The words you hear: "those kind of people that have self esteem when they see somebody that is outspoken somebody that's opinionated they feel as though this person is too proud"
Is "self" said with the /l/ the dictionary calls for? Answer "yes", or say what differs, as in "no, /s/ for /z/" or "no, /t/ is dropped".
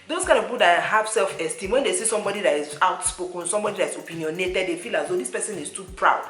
yes